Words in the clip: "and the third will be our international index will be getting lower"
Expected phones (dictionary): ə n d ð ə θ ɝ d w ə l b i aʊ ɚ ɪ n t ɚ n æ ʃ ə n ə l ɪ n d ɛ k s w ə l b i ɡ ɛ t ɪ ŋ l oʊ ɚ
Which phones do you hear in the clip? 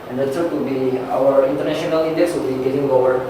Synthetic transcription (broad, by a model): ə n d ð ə s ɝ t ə b i aʊ ɚ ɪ n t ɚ n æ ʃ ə n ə l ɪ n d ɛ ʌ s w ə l b i ɡ ɛ t ɪ ŋ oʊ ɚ